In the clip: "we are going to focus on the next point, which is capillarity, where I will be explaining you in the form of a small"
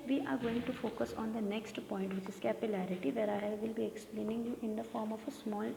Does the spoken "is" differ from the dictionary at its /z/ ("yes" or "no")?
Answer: yes